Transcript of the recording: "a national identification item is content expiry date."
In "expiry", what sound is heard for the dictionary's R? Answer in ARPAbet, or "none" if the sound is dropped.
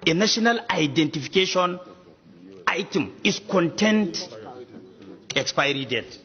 R